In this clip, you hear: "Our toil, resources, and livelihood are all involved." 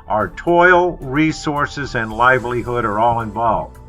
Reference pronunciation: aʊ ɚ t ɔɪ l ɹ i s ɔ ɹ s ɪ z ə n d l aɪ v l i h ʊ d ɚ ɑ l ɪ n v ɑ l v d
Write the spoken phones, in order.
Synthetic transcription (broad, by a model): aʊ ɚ t ɔɪ l ɹ i s ɔ ɹ s ɪ z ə n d l aɪ v l i h ʊ d ɚ ɑ l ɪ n v ɑ l v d